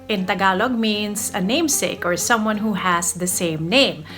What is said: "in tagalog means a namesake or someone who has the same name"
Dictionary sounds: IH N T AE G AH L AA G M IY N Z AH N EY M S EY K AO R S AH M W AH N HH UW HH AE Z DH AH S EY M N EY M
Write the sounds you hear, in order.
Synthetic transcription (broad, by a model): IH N T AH G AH L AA G M IY N S AH N EY M S EY K AO R S AH M W AH N HH UW HH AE S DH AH S EY M N EY M